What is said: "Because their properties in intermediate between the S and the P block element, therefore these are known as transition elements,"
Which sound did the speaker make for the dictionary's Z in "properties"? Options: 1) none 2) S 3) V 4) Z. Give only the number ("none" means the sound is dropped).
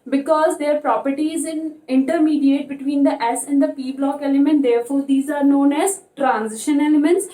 4